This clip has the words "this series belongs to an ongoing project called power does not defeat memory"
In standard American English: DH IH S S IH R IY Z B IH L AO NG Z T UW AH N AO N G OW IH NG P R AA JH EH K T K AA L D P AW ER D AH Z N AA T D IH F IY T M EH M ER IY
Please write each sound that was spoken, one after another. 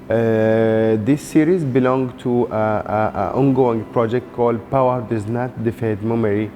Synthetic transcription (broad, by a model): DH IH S S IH R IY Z B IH L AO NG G T UW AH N AO N G OW IH NG P R AA JH EH K T K AA L D P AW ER D AH Z N AA T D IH F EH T M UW M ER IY